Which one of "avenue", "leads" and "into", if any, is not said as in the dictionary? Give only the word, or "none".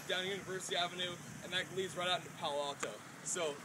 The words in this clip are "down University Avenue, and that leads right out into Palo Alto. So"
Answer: none